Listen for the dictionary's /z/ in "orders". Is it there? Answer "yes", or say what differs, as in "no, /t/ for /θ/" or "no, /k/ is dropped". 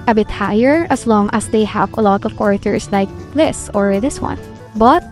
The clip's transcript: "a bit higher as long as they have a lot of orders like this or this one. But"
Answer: no, /s/ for /z/